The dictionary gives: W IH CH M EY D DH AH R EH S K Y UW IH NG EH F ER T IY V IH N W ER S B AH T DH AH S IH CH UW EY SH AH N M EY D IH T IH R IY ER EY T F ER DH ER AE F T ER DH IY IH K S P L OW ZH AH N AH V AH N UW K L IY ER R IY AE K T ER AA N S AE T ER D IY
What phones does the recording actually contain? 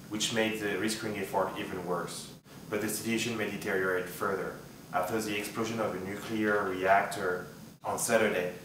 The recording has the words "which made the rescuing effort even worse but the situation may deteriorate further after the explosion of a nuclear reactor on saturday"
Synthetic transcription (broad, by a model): W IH CH M EY D DH AH R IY S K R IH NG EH F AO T IY V IH N W ER S B AH T DH AH S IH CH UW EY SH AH N M EY D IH T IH R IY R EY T F ER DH ER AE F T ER DH IY IH K S P L OW ZH AH N AH V AH N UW K L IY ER R IY AE K T ER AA N S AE T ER D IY